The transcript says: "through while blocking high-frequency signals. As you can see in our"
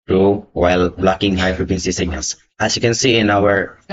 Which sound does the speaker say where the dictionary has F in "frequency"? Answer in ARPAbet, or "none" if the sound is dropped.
P